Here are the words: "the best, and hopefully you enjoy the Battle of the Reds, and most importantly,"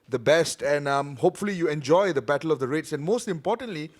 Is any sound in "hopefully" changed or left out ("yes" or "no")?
no